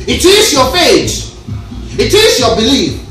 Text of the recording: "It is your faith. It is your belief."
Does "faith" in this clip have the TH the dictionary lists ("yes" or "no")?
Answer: no